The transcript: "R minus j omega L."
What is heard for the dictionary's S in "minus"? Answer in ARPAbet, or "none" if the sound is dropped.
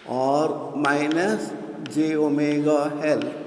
S